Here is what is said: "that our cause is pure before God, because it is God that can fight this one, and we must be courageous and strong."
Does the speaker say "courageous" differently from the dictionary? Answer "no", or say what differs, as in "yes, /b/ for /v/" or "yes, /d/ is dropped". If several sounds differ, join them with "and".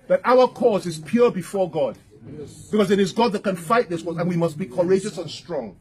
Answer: no